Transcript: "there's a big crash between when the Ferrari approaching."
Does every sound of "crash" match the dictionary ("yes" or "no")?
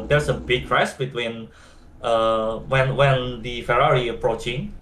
no